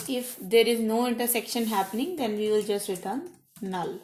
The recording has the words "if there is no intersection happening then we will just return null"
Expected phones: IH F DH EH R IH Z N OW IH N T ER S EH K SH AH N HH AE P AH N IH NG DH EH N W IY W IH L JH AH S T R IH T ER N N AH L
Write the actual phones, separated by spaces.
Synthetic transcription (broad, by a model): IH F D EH R IH Z N OW IH N T ER S EH K SH AH N HH AE P AH N IH NG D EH N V IY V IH L JH AH S T R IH T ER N N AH L